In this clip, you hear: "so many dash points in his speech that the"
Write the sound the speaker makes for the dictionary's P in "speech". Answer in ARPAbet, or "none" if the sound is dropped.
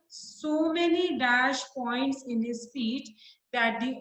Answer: F